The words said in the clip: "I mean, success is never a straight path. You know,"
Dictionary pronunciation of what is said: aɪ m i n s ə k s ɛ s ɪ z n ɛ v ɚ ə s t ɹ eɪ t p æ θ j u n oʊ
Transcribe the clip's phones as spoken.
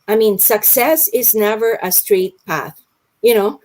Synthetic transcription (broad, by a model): aɪ m i n s ə k s ɛ s ɪ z n ɛ v ɚ ə s t ɹ eɪ t p æ θ j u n oʊ